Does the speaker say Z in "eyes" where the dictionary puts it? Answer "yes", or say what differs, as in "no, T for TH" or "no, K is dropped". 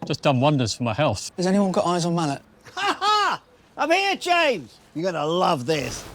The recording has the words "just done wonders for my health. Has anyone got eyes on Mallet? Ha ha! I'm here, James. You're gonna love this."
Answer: yes